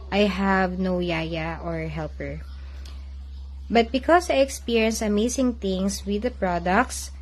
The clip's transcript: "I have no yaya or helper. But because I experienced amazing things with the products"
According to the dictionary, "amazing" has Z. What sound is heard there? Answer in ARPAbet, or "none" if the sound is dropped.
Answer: S